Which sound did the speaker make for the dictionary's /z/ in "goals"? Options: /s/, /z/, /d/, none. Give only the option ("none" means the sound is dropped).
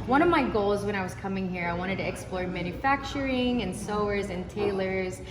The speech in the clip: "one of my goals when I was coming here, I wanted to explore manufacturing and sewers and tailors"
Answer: /z/